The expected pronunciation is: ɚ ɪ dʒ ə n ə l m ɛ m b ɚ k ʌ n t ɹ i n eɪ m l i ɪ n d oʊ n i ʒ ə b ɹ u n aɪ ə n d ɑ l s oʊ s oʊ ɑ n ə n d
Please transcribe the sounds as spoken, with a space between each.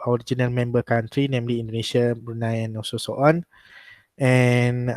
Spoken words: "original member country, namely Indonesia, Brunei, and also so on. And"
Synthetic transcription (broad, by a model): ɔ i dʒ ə n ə l m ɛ m b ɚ k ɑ n t ɹ i n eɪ m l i n d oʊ n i ʃ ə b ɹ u n aɪ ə n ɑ s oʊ s oʊ ɑ n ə n